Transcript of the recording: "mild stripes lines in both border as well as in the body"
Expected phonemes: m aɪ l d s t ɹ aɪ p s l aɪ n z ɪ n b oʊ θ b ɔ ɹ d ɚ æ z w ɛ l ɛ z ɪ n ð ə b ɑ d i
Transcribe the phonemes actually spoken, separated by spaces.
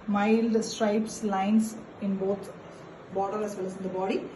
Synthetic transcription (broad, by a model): m aɪ l d s t ɹ aɪ p s l aɪ n s ɪ n b oʊ t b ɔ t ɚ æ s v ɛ l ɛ s ɪ n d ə b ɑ d i